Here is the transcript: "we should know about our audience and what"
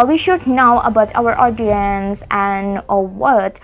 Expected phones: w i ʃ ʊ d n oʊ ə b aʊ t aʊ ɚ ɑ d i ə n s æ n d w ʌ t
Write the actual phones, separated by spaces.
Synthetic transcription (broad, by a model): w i ʃ ʊ d n oʊ ə b aʊ t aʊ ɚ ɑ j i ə n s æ n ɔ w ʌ t